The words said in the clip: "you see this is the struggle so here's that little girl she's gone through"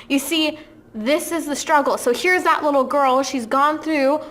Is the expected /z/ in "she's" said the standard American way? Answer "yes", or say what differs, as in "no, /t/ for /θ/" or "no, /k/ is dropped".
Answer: yes